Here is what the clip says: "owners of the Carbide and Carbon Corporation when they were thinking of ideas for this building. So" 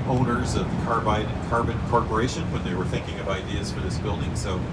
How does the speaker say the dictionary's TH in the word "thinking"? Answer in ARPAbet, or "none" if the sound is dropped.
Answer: TH